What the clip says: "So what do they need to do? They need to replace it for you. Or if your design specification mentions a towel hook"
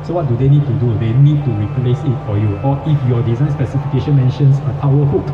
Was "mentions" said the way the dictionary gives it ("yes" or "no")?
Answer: no